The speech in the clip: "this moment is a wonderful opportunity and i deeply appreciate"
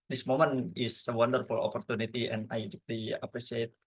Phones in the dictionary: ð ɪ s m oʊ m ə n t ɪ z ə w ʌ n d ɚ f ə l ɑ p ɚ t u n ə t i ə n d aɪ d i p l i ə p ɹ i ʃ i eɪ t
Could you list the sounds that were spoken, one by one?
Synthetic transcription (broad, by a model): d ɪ s m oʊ m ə n ɪ s ə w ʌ n d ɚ f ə l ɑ p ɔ t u n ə t i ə n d aɪ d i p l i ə p ɹ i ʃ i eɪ t